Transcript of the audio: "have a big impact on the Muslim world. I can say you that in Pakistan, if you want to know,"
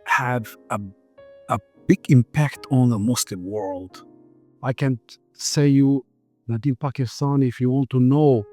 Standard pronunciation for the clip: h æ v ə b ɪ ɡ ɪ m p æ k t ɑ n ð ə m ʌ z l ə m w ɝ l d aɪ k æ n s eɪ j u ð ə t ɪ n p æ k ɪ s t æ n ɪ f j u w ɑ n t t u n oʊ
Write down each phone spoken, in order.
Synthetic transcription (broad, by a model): h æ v ə b ɪ ɡ ɪ m p æ k t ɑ n ð ə m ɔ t l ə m w ɝ l d aɪ k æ n s eɪ j u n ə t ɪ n p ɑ k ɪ s t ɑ n ɪ f j u w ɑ n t t u n oʊ